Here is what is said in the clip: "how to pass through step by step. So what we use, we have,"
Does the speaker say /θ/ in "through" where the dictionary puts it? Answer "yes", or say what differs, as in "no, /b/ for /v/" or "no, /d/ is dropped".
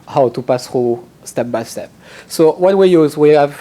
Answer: no, /t/ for /θ/